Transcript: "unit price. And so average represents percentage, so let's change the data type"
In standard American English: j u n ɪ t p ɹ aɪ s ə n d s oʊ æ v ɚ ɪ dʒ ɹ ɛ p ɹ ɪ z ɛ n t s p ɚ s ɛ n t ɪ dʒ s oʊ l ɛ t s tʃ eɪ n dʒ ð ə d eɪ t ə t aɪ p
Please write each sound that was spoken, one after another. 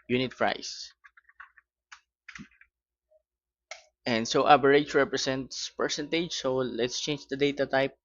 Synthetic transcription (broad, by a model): j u n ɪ t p ɹ aɪ s ə n d s oʊ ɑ b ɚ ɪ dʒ ɹ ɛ p ɹ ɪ s ɛ n t s p ɚ s ɛ n t ɪ dʒ s oʊ l ɛ t s tʃ eɪ n dʒ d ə d eɪ t ə t aɪ p